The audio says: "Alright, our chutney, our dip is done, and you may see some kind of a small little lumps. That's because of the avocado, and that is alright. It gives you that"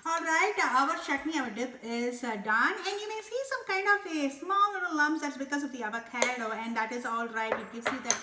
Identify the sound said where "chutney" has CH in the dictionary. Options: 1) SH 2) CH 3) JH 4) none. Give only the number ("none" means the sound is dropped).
1